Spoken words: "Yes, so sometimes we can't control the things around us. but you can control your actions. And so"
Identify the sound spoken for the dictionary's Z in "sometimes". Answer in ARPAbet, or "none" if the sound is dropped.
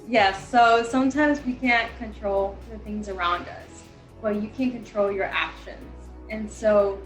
Z